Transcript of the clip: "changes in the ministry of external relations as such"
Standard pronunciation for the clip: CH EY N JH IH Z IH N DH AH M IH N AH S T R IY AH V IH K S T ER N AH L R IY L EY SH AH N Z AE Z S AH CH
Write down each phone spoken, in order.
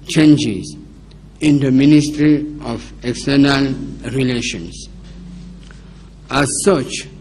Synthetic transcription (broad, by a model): CH EY N JH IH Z IH N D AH M IH N AH S T R IY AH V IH K S T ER N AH L R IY L EY SH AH N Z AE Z S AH CH